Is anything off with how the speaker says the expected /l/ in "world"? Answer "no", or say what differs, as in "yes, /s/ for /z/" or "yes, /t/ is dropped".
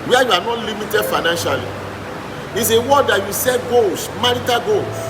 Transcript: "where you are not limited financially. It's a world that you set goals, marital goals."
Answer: yes, /l/ is dropped